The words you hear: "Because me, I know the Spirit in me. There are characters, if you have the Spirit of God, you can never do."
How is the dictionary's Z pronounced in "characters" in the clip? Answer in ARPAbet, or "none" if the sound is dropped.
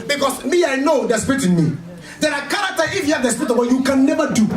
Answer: none